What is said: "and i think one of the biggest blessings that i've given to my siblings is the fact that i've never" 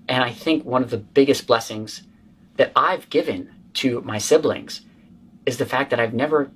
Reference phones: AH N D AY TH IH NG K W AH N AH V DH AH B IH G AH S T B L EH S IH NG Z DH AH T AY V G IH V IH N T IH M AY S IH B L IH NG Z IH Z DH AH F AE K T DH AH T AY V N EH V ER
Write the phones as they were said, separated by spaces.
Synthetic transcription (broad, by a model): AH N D AY TH IH NG K W AH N AH V DH AH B IH G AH S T B L EH S IH NG Z DH AH T AY V G IH V IH N T IH M AY S IH B L IH NG Z IH Z DH AH F AE K DH AH T AY V N EH V ER